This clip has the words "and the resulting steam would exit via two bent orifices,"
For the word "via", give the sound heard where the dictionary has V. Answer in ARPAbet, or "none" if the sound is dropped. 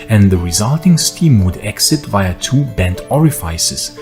V